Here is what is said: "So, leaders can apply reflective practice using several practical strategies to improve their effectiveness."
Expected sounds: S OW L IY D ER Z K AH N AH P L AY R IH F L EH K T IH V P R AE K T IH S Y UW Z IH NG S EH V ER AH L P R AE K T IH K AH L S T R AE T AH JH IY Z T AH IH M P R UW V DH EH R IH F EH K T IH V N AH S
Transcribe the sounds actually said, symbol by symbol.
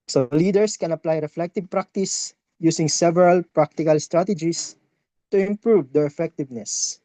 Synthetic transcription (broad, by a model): S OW L IY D ER S K AH N AH P L AY R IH F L EH K T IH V P R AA K T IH S Y UW S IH NG S EH V ER AH L P R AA K T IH K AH L S T R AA T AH JH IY S T AH IH M P R UW V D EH R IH F EH K T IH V N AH S